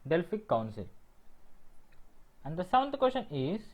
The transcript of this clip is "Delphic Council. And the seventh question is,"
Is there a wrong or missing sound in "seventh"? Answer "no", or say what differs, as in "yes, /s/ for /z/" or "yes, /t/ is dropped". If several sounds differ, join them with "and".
yes, /v/ is dropped